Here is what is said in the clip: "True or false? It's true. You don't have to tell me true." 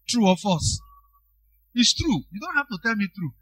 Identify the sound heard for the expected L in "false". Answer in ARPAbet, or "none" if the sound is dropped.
none